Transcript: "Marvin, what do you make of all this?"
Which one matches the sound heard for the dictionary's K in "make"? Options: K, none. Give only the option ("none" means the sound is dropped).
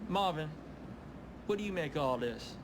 none